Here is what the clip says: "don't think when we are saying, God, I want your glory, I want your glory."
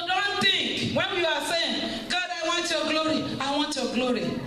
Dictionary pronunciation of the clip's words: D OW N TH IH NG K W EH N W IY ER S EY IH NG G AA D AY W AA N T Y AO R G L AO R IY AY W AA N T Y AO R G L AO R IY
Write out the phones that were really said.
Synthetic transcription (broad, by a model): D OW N T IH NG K W EH N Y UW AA S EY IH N G AA D AY W AA N T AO G L AO R IY AY W AA N T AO G L AO R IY